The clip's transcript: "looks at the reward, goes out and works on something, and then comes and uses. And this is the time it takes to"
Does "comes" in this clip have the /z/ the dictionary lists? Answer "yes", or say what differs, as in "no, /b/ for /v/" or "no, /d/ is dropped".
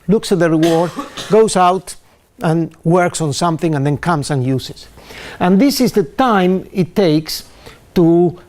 no, /s/ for /z/